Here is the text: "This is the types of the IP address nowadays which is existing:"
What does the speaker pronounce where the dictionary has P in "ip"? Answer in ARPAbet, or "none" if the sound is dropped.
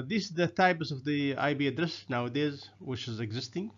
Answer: B